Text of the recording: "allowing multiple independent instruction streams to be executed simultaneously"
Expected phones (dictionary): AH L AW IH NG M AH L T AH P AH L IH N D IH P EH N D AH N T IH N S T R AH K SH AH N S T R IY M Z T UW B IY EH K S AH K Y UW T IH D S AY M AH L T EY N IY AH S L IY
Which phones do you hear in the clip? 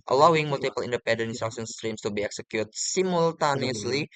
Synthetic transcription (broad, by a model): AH L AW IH NG M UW L T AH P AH L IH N D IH P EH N D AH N IH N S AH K S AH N S T R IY M S T UW B IY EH K S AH K Y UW T S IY M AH L T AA N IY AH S L IY